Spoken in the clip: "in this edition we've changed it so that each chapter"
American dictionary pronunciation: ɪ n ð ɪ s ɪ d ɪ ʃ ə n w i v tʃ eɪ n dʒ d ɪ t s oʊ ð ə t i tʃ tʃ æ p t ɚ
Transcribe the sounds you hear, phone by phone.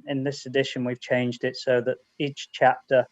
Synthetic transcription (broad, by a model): ɪ n ð ɪ s ɪ d ɪ ʃ ə n w i v tʃ eɪ n dʒ d ɪ t s oʊ ð ə t i tʃ tʃ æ p t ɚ